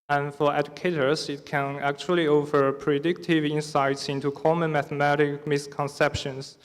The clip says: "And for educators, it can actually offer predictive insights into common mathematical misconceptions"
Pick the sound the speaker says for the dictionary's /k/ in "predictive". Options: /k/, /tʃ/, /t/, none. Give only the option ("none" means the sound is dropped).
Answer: /k/